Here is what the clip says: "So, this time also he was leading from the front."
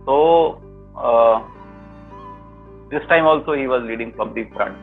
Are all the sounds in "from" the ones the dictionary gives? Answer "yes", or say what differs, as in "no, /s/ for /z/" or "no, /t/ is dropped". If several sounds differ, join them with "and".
no, /p/ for /f/